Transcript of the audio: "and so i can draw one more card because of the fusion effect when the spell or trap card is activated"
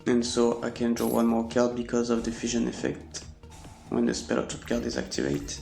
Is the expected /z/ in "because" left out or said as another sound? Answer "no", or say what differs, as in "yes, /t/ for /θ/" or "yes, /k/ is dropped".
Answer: no